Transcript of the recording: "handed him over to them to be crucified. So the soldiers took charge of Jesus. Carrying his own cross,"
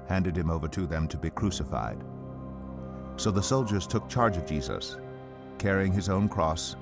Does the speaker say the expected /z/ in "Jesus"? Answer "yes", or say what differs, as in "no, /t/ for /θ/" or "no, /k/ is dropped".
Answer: yes